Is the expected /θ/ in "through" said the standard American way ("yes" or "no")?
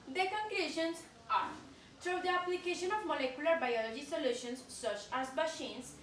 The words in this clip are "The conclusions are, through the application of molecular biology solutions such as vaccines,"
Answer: no